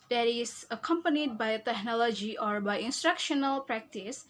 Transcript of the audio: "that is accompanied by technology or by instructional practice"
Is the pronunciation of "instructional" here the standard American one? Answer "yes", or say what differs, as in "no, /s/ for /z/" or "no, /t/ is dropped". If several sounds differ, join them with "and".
yes